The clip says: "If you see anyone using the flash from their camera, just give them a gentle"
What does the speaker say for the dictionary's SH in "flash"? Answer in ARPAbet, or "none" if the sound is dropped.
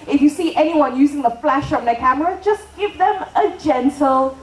SH